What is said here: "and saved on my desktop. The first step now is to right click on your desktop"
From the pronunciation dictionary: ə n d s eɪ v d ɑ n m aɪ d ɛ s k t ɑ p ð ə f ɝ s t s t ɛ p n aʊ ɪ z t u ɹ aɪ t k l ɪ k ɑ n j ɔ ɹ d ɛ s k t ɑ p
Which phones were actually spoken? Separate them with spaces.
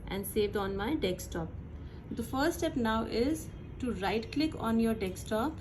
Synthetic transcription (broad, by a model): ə n d s eɪ v d ɑ n m aɪ d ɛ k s t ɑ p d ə f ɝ t s t ɛ p n aʊ ɪ z t u ɹ aɪ t k l ɪ k ɑ n j ɔ ɹ d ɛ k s t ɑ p